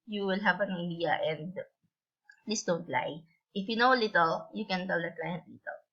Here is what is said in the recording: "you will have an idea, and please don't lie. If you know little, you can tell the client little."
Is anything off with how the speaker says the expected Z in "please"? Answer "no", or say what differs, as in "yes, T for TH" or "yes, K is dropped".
yes, S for Z